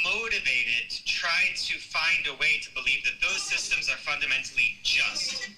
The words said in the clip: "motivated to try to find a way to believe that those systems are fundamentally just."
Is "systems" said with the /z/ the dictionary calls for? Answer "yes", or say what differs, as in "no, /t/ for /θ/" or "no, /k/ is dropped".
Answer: yes